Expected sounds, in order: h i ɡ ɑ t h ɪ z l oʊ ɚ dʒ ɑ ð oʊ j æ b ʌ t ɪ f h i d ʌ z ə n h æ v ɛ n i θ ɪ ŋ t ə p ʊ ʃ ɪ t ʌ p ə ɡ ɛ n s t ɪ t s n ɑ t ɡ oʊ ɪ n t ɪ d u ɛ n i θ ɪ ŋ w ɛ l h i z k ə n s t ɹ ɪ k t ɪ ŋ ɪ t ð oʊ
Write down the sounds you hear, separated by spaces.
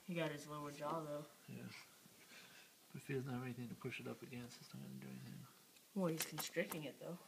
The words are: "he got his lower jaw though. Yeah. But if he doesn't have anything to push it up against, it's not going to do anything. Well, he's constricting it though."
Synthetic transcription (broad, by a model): h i ɡ ɑ t h ɪ z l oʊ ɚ dʒ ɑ ð oʊ j æ b ʌ t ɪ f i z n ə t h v ɛ n i θ ɪ ŋ t ə p ʊ ʃ ɪ t ʌ p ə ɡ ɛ n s ɪ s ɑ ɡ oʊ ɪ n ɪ d u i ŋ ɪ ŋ w ɛ l h i z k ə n s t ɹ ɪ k ɪ ŋ ɪ t ð oʊ